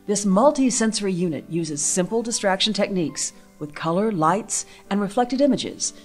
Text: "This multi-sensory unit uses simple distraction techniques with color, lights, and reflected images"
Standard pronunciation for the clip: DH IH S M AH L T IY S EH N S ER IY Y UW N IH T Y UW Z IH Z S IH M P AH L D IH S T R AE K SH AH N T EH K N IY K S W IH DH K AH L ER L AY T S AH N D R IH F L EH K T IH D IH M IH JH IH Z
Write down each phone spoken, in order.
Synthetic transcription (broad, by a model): DH IH S M AH L T IY S EH N S ER IY Y UW N IH T Y UW Z IH Z S IH M P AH L D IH S T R AE K SH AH N T EH K N IY K S W IH DH K AH L ER L AY T S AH N R IH F L EH K T IH D IH M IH JH IH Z